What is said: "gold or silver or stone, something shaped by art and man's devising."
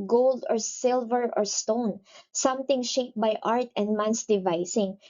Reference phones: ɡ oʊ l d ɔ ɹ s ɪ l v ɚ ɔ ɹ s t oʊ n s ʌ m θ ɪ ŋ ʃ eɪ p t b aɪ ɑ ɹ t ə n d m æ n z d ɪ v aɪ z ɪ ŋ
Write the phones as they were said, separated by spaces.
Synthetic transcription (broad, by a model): ɡ oʊ l d ɔ ɹ s ɪ l v ɚ ɔ ɹ s t oʊ n s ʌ m t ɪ ŋ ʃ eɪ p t b aɪ ɑ ɹ t ə n d m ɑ n s d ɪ v aɪ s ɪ ŋ